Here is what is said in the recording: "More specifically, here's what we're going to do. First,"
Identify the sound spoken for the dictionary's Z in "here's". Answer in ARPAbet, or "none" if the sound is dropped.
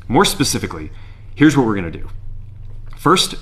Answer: Z